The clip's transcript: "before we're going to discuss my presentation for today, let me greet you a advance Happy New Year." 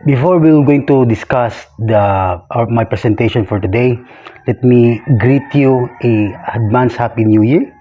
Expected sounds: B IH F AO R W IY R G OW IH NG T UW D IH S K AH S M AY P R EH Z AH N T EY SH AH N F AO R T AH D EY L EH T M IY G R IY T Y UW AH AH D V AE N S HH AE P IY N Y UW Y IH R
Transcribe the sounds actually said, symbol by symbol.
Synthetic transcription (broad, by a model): B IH F AO R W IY W G OW IH NG T UW D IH S K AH S M AY P R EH S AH N T EY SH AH N F AO R T AH D EY L EH T M IY G R IY T Y UW AH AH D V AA N S HH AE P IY N Y UW Y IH R